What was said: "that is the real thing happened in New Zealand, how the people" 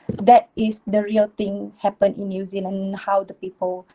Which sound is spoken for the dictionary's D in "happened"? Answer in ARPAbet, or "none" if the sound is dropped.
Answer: none